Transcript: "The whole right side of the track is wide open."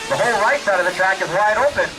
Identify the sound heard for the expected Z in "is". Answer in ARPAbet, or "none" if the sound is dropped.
Z